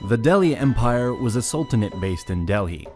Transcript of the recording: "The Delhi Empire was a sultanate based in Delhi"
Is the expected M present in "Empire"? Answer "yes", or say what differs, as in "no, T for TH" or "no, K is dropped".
yes